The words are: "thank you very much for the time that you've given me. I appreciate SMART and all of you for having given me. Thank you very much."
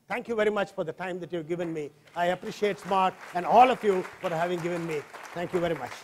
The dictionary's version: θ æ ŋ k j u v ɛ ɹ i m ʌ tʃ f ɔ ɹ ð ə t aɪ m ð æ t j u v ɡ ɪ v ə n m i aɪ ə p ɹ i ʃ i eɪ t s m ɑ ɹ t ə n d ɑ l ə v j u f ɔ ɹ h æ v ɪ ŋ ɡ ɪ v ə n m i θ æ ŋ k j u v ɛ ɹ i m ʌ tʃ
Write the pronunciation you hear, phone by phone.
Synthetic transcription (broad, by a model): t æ ŋ k j u v ɛ ɹ i m ʌ tʃ f ɔ ɹ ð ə t aɪ m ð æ t j u v ɡ ɪ v ə n m i aɪ ə p ɹ i ʃ i eɪ t s m ɑ ɹ t ə n d ɑ l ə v j u f ɔ ɹ h æ v ɪ ŋ ɡ ɪ v ə n m i t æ ŋ k j u v ɛ ɹ i m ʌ tʃ